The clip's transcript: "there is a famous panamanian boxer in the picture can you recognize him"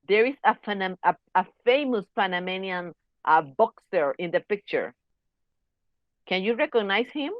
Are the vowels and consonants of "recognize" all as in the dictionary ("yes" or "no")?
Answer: no